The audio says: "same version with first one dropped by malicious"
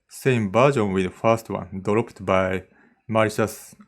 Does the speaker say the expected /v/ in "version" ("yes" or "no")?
no